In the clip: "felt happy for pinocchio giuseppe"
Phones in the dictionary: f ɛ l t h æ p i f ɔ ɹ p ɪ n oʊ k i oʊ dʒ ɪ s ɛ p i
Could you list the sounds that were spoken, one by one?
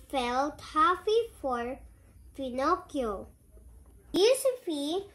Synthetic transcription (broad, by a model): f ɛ l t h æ f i f ɔ ɹ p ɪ n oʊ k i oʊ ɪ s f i